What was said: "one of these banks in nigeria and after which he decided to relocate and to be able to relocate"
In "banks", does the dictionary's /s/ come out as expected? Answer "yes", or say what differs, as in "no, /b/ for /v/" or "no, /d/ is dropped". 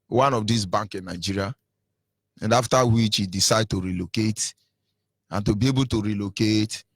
no, /s/ is dropped